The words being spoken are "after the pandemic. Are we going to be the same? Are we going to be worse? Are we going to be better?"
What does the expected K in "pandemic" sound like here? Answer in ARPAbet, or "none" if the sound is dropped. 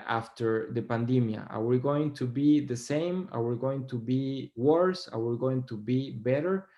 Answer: none